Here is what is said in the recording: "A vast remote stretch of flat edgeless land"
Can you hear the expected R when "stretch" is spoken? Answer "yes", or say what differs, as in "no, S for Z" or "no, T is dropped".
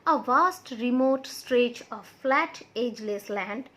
yes